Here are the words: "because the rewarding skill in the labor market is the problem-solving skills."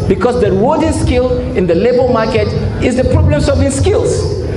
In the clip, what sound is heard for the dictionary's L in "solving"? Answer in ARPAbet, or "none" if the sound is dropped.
none